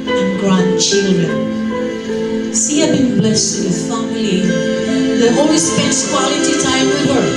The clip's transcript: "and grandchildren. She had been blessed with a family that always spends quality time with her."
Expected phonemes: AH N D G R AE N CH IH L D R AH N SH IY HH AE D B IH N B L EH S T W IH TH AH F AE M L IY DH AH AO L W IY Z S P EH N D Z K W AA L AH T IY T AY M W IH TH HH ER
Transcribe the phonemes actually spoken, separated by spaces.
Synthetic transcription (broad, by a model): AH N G R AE N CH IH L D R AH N S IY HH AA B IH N B L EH S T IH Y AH F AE M L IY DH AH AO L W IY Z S P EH N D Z K W AA L AH T IY T AY M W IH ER